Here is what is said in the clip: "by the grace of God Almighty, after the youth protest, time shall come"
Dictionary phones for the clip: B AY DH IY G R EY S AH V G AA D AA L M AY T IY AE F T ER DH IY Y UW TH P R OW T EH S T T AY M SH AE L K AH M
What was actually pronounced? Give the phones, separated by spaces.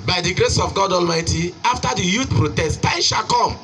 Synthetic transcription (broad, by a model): B AY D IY G R EY S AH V G AA D AA L M AY T IY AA F T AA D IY Y UW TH P R OW T EH S T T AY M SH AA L K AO M